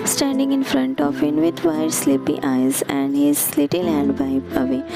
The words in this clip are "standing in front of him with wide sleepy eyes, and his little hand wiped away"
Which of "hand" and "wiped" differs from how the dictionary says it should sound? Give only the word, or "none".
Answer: wiped